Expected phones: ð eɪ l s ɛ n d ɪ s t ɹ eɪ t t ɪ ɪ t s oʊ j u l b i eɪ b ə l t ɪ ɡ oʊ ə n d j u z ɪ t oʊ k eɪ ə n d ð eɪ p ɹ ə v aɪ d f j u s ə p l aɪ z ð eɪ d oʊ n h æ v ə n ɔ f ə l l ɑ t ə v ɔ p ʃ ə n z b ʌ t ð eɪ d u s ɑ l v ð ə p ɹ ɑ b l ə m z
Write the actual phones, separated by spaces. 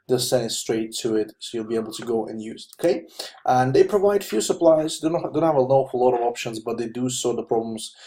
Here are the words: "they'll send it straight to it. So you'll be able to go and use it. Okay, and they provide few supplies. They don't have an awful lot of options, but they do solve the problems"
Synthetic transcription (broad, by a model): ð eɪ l s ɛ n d ɪ s t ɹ eɪ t t ɪ ɪ t s oʊ j u l b i eɪ b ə l t ɪ ɡ oʊ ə n j u z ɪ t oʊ k eɪ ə n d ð eɪ p ɹ ə v aɪ d f j u s ə p l aɪ z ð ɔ d oʊ n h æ v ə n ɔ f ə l l ɑ t ə v ɔ p ʃ ə n z b ʌ t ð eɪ d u s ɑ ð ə p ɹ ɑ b l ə m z